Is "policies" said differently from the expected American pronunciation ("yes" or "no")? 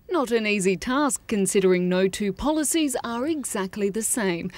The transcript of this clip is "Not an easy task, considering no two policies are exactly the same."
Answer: no